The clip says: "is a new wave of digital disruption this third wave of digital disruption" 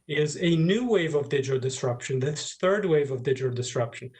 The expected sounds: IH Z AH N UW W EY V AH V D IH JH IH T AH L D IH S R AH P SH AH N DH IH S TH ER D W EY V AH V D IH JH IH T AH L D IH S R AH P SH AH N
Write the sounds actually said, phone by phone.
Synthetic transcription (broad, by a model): IH Z AH N UW W EY V AH V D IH JH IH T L D IH S R AH P SH AH N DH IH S TH ER D W EY V AH V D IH JH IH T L D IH S R AH P SH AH N